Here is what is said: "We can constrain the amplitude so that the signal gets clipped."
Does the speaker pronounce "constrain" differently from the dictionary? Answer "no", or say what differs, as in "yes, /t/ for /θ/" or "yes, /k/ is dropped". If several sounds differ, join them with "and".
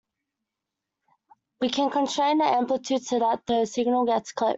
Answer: yes, /s/ is dropped